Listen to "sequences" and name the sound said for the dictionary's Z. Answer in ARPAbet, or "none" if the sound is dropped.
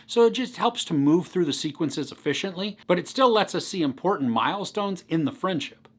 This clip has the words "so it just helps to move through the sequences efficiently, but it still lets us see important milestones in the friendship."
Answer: Z